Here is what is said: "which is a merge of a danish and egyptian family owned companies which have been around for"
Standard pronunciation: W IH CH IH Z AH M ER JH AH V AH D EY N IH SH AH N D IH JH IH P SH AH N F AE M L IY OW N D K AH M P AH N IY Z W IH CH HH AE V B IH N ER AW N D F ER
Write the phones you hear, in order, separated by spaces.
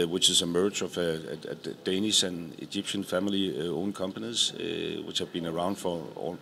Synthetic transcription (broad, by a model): W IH CH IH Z AH M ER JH AH V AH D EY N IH S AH N IH JH IH P SH AH N F AE M L IY OW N K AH M P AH N IY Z W IH CH HH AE V B IH N ER AW N D F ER